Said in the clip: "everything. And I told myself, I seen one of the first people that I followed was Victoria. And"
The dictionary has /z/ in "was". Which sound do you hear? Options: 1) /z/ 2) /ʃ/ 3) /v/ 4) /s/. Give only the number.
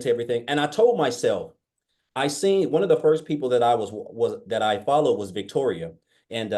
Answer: 1